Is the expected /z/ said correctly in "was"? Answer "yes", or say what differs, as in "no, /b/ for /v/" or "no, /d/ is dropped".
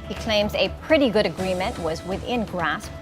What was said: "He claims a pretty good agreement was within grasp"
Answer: yes